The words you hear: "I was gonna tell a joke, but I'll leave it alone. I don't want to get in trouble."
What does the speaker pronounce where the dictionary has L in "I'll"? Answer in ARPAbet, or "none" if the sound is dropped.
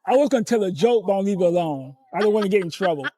N